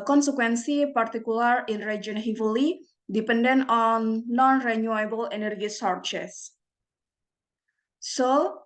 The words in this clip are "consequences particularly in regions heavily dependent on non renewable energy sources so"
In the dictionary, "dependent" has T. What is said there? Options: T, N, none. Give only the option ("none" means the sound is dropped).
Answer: none